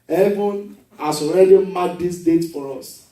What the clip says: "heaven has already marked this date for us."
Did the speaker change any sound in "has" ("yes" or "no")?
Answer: yes